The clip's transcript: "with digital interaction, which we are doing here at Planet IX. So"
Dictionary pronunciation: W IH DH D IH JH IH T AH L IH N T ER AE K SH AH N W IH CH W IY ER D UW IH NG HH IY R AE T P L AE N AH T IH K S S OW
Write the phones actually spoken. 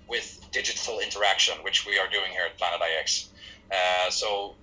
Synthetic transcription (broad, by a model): W IH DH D IH JH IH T L IH N T ER AE K SH AH N W IH CH W IY ER D UW IH NG HH IY R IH T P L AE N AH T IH K S S OW